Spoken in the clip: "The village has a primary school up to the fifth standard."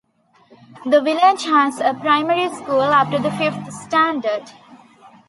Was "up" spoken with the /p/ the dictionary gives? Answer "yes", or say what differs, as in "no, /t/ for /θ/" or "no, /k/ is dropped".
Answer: no, /f/ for /p/